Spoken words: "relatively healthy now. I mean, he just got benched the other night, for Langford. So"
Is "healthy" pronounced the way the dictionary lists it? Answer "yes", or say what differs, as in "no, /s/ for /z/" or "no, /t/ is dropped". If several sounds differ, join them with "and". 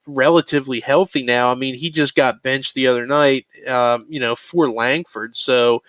yes